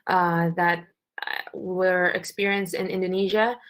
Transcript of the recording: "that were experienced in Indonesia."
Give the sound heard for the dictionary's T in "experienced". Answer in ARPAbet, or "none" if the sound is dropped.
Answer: T